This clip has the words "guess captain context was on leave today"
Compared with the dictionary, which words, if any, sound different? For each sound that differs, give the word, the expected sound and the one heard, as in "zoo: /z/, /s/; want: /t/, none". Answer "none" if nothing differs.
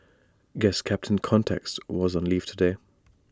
none